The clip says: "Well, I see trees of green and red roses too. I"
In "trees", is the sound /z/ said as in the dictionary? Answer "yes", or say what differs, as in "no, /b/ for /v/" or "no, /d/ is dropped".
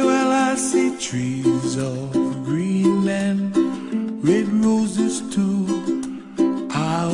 yes